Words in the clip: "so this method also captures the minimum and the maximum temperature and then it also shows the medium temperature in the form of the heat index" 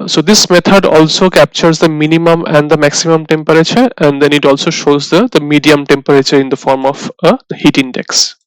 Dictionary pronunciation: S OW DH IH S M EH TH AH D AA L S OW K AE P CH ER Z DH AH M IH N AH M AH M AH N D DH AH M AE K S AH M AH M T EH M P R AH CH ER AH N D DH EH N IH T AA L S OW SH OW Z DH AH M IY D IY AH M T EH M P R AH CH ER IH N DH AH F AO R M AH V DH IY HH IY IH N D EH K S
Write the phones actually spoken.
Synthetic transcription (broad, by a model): S OW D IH S M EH T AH D AA L S OW K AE P CH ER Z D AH M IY N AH M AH M AH N D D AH M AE K S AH M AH M T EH M P R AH CH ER AH N D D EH N IH T AA L S OW SH OW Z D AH M IY D IY AH M T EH M P R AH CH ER IH N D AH F AO R M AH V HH IY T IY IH N D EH K S